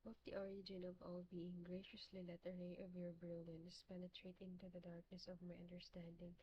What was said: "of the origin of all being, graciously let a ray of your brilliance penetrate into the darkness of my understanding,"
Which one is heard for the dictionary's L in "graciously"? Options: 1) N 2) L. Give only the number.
2